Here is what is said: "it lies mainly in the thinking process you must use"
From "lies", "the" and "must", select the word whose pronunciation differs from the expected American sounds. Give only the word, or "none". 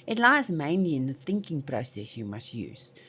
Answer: none